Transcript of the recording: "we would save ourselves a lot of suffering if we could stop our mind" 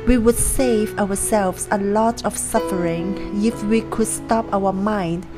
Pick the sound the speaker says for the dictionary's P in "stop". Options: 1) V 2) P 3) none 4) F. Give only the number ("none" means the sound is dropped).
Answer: 2